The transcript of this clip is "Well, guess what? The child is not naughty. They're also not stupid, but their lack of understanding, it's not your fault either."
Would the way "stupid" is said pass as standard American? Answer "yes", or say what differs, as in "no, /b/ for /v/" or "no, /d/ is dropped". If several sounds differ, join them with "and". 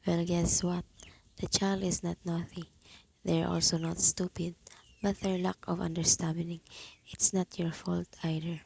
yes